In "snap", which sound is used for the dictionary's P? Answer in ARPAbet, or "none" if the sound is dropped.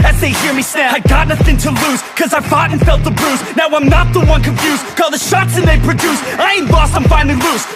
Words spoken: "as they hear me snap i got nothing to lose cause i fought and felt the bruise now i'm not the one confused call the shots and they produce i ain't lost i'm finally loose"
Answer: none